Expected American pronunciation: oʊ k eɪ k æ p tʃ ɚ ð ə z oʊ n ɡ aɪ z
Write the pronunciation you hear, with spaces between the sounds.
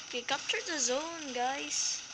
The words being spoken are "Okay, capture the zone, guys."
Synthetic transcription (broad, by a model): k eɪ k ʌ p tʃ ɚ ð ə z oʊ n ɡ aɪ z